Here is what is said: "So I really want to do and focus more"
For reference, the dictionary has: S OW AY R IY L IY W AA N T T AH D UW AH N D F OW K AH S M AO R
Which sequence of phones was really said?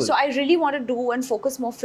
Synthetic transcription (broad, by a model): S OW AY R IY L IY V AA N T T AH D UW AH N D F OW K AH S M AO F